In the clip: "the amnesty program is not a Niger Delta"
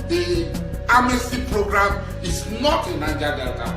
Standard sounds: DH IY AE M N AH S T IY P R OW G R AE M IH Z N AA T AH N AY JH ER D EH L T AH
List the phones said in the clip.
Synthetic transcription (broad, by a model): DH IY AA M AH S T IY P R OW G R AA M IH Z N AA T AH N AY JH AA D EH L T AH